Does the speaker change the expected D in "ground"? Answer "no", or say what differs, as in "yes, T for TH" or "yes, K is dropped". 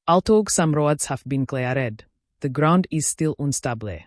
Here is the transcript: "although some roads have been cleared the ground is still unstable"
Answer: no